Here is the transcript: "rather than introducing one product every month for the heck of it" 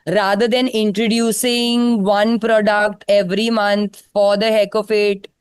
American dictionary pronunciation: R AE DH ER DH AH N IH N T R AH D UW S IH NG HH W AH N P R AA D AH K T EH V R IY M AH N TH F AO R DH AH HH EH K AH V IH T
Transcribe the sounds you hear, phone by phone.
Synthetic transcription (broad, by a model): R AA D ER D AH N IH N T R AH D UW S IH NG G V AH N P R AA D AH K T EH V R IY M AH N T F AO R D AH HH EH K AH F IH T